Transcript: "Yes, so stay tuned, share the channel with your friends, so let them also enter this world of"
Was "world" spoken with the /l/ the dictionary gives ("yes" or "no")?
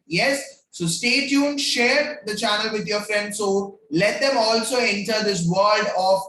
no